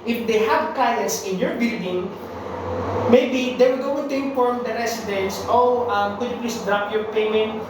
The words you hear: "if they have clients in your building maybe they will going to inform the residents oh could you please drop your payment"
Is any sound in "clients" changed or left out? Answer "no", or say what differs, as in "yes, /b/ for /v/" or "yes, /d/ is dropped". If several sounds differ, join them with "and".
yes, /l/ is dropped